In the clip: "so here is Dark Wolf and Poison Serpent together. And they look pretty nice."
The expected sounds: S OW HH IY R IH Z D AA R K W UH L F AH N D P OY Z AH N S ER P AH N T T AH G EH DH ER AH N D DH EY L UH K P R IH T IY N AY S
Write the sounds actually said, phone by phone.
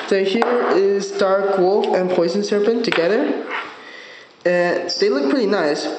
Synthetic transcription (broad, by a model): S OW HH IY R IH Z D AA R K W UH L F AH N P OY Z AH N S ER P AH N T T AH G EH DH ER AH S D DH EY L UH K P R IH T IY N AY S